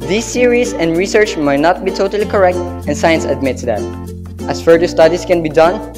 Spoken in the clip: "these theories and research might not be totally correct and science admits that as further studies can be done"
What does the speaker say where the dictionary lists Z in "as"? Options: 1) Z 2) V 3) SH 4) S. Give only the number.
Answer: 4